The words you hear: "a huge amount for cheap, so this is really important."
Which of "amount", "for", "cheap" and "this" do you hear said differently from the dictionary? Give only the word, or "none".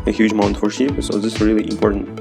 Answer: cheap